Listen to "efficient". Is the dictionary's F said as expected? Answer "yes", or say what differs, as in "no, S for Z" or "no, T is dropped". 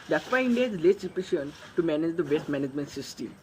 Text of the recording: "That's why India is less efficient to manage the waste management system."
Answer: no, P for F